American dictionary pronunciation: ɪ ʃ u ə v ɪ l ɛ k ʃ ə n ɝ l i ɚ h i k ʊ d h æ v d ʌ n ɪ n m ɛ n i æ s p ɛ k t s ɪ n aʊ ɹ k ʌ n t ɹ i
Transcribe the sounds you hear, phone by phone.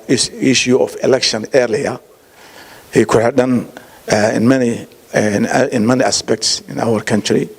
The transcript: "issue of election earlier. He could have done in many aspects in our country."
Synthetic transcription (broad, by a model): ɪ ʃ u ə f ɪ l ɛ k ʃ ə n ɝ l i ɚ h i k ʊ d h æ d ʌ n ɪ n m ɛ n i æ s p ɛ k t s ɪ n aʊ ɹ k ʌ n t ɹ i